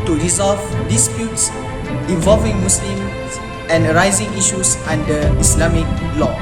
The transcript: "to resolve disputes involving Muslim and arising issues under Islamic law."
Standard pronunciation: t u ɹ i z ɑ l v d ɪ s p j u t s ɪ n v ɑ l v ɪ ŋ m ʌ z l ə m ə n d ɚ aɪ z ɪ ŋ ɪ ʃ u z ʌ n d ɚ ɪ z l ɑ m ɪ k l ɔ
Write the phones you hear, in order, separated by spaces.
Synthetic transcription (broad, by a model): t u ɹ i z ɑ l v d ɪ s p j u t s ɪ v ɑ l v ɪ ŋ m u s l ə m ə n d ɚ aɪ z ɪ ŋ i ʃ u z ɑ n d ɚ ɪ s l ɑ m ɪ k l ɔ